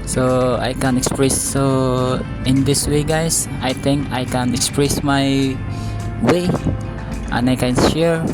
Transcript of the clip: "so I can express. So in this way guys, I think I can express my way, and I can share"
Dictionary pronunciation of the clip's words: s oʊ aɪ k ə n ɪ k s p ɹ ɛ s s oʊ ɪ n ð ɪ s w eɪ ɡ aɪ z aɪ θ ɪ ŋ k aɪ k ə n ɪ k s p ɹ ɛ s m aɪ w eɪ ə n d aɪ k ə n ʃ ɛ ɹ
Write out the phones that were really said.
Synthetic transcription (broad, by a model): s oʊ aɪ k ə n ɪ k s p ɹ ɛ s s oʊ ɪ n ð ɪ s w eɪ ɡ aɪ s aɪ t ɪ ŋ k aɪ k ə n ɪ k s p ɹ ɛ s m aɪ w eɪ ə n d aɪ k ə n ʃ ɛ ɹ